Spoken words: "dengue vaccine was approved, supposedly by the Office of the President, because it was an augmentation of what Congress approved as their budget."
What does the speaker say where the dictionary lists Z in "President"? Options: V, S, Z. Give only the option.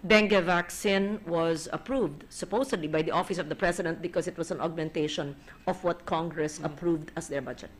S